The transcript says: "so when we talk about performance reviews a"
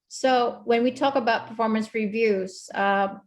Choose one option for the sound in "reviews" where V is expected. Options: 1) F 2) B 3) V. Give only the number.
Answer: 3